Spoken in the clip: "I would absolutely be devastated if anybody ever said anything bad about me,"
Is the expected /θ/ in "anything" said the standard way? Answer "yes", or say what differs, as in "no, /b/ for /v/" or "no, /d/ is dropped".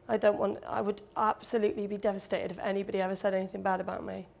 yes